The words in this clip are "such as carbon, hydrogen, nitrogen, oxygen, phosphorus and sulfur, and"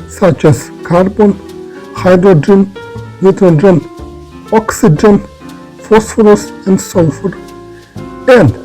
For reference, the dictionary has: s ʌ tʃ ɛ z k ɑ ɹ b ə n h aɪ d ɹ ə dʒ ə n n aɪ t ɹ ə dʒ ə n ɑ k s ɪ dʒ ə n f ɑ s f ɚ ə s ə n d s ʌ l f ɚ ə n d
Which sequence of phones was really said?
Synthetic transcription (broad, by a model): s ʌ tʃ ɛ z k ɑ ɹ b ə n h aɪ d ɹ ə dʒ ə n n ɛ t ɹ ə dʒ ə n ɑ k s ɪ dʒ ə n f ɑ s f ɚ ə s ə n d s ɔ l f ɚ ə n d